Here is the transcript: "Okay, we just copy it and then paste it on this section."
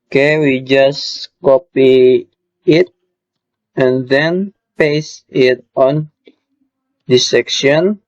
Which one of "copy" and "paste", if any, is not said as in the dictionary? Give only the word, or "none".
paste